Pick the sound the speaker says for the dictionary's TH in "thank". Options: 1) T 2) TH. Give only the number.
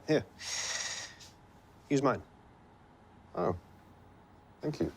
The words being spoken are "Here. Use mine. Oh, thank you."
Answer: 2